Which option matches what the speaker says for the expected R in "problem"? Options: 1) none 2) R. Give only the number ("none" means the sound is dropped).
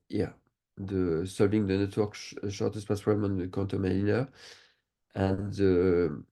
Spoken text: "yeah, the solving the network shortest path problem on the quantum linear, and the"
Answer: 1